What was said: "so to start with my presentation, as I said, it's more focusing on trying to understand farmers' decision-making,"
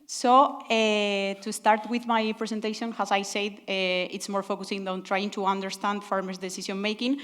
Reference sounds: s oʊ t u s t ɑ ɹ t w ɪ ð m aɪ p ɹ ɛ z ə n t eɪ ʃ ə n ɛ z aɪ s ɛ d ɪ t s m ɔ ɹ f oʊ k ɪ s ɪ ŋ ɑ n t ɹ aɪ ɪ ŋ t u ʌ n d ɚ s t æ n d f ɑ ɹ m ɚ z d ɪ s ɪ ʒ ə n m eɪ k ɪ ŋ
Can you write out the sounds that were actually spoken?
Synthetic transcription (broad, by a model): s oʊ t u s t ɑ ɹ t w ɪ ð m aɪ p ɹ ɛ s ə n t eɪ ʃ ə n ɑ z aɪ s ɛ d ɪ t s m ɔ ɹ f oʊ k ɪ s ɪ ŋ ɑ n t ɹ aɪ ɪ ŋ t u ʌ n d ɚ s t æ n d f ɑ ɹ m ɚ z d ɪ s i s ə n m eɪ k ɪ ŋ